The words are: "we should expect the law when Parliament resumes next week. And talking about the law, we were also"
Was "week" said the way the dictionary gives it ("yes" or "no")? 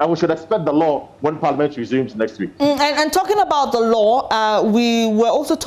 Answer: yes